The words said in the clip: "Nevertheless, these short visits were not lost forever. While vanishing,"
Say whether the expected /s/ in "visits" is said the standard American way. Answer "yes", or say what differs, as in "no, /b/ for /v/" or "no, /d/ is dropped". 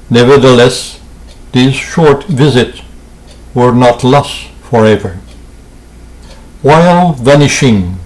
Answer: yes